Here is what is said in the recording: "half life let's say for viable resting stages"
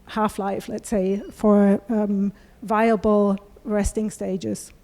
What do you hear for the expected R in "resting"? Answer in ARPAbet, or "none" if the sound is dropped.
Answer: R